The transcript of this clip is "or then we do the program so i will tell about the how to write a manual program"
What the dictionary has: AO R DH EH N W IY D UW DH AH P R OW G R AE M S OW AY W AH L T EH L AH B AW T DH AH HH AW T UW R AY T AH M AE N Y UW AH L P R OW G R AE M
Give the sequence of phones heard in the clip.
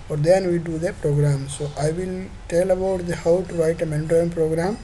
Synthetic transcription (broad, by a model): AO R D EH N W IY D UW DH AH P R OW G R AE M S OW AY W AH L T EH L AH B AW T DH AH HH AW T UW R AY T AH M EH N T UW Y N P R OW G R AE M